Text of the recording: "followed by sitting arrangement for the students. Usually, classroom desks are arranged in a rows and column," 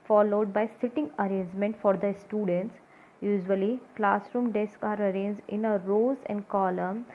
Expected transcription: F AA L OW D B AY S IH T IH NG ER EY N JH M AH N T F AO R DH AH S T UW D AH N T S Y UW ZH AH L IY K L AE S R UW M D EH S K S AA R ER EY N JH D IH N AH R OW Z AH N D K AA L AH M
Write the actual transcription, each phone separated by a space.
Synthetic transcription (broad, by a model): F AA L OW D B AY S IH T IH NG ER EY N JH M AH N T F AO R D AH S T UW D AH N T S Y UW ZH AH L IY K L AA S R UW M D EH S K AA R ER EY N JH D IH N AH R OW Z AH N D K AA L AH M